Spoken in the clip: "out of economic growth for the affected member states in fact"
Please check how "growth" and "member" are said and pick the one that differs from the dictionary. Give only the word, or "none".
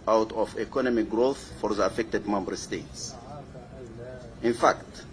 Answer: none